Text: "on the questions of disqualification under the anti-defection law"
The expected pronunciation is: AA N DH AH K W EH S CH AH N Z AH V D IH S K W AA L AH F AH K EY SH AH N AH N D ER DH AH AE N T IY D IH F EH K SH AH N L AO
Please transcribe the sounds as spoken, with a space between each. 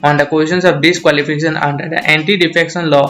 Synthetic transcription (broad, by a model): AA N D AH K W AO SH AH N S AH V D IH S K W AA L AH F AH K EY SH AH N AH N D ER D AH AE N T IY D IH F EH K S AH N L AO